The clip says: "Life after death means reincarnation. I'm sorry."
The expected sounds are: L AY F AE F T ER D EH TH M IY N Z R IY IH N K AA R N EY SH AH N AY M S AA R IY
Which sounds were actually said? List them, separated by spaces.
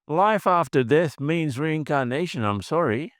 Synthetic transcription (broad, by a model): L AY F AE F T ER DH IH S M IY N Z R IY IH N K AA R N EY SH AH N AY M S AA R IY